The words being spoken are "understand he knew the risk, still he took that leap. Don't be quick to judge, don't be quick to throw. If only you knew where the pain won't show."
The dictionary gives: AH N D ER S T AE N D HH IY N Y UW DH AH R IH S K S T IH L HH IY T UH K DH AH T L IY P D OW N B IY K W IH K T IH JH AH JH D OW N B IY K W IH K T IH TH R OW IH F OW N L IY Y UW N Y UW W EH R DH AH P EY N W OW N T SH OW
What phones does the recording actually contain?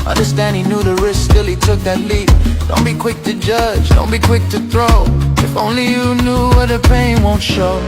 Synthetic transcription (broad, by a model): AH N D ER S T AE N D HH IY N Y UW DH AH R IH S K S T IH L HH IY T UH K DH AH T L IY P D OW N B IY K W IH K T IH JH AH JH D OW N B IY K W IH K T IH TH R OW IH F OW N L IY Y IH N Y UW W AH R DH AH P EY N W OW N T SH OW